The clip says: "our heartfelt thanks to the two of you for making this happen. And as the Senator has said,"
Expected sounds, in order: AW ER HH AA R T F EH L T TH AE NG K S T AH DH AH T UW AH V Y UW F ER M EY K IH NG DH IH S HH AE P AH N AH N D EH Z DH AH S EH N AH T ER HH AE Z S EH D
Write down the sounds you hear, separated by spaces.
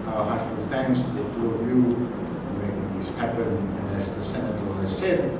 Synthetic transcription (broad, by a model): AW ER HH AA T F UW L TH AE NG K S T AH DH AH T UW AH V Y UW F ER M EY K IH NG DH IH S HH AE P AH N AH N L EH S DH AH S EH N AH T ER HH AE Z S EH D